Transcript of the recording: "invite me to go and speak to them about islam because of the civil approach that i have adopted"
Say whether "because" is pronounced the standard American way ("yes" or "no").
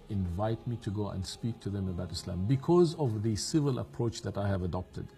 yes